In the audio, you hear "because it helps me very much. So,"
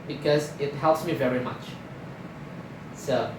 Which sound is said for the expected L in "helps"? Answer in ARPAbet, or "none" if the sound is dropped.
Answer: L